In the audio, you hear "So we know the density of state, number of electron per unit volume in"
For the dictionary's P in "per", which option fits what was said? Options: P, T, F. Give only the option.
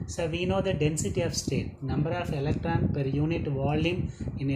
P